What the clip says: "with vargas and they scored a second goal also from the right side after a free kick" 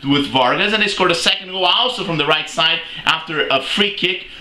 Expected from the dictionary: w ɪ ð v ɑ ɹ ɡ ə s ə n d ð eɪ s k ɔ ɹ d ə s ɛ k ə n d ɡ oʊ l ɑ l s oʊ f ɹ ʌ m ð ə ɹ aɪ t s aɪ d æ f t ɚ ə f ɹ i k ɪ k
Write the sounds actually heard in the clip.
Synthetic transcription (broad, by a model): w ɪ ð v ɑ ɹ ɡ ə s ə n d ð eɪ s k ɔ ɹ d ə s ɛ k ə n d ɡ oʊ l ɑ l s oʊ f ɹ ʌ m ð ə ɹ aɪ t s aɪ d æ f t ɚ ə f ɹ i k ɪ k